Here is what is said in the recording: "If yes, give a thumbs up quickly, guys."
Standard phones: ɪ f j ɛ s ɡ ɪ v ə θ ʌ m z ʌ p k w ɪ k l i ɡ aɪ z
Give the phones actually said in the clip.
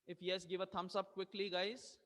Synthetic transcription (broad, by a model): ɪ f j ɛ s ɡ ɪ v ə t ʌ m s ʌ b k w ɪ k l i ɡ aɪ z